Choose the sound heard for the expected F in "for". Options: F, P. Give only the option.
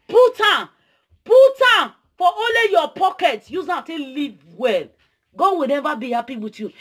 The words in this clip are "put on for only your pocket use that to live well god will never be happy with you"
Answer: P